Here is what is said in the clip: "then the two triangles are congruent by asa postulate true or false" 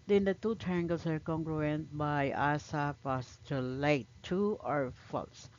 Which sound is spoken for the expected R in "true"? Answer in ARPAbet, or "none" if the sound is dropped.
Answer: none